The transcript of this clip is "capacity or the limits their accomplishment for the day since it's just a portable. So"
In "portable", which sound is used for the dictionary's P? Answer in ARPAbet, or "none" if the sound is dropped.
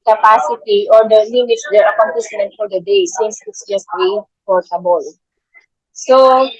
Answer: F